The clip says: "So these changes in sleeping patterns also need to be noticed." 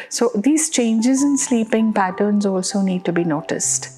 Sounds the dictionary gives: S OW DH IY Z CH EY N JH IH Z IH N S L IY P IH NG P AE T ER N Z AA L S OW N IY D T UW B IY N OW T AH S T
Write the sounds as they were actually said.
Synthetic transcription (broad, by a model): S OW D IY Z CH EY N JH IH Z IH N S L IY P IH NG P AE T ER N Z AA L S OW N IY D T UW B IY N OW T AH S T